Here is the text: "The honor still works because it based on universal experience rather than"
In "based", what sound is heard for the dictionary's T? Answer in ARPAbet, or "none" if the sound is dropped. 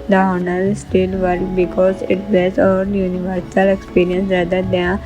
none